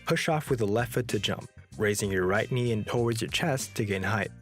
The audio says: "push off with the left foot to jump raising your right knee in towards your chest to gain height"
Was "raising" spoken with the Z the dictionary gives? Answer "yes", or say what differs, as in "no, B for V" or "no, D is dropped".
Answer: yes